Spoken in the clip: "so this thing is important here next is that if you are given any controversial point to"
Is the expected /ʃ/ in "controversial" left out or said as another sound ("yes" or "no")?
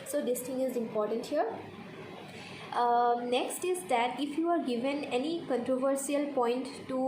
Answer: yes